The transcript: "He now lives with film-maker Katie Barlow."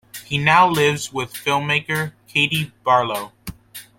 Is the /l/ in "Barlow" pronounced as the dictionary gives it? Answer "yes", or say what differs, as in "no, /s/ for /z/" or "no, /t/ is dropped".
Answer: yes